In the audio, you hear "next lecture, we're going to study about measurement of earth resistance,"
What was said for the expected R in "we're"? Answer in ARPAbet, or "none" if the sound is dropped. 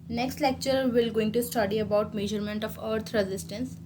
L